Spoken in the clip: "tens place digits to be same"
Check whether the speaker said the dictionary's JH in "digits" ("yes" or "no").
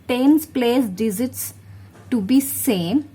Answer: no